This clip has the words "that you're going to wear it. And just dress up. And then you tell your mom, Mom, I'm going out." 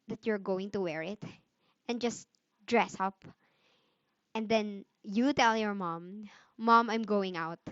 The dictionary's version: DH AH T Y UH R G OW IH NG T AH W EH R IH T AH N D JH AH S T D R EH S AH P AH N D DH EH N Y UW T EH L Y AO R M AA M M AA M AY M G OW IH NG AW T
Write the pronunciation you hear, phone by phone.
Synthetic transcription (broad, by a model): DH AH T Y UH R G OW IH NG T AH W EH R IH T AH N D JH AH S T D R EH S AH P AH N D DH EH N Y UW T EH L Y AO R M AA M M AA M AY M G OW IH NG AW T